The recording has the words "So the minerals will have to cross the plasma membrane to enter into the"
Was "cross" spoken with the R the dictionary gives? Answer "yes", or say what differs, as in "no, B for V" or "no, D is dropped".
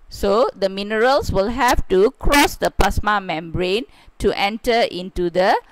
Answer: yes